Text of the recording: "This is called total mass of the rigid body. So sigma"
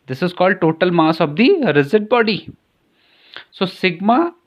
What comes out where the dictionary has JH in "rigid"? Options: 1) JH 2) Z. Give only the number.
2